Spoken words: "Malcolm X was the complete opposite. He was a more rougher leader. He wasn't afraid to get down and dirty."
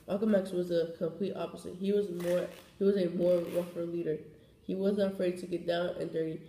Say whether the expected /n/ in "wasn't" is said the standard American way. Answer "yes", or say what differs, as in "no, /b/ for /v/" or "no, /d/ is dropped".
no, /n/ is dropped